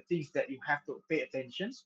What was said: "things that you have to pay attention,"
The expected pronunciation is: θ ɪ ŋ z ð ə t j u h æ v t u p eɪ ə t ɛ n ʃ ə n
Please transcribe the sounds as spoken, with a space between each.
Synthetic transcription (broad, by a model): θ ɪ ŋ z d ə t j u h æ f t u p eɪ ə t ɛ n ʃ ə n